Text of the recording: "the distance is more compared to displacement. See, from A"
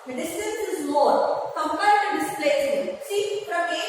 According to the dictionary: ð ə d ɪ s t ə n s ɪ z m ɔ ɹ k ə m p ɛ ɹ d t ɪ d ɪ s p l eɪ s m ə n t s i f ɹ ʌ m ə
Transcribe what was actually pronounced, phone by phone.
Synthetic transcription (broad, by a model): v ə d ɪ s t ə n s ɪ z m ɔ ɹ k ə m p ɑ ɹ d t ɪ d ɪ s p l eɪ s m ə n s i p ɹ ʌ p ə